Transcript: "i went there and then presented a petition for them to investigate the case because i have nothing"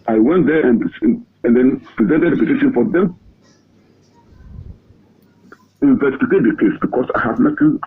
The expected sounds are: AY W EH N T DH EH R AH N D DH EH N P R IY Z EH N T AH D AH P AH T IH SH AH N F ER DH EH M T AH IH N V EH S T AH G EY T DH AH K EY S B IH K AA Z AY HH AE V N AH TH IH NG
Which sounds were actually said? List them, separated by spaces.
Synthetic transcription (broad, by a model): AY W EH N T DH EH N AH N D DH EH N P R IY Z EH N T AH D AH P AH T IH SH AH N F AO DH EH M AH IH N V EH S T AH G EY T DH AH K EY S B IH K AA S AY HH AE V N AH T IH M